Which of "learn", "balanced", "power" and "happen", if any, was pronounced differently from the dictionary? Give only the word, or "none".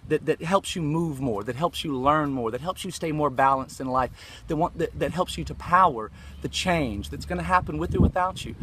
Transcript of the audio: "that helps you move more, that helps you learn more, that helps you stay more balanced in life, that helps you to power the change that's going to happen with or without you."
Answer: none